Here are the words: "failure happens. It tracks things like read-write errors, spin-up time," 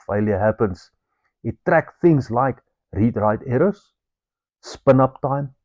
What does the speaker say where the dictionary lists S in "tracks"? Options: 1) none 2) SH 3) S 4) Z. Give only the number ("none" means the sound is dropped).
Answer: 1